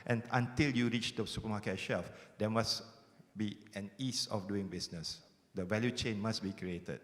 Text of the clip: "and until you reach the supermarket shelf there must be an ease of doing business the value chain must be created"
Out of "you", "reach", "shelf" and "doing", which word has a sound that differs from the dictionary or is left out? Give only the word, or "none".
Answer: none